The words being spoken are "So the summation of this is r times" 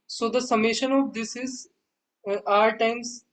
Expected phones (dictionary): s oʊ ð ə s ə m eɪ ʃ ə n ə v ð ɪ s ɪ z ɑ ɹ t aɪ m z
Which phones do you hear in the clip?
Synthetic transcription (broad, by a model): s oʊ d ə s ə m eɪ ʃ ə n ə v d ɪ s ɪ z ɑ ɹ t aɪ m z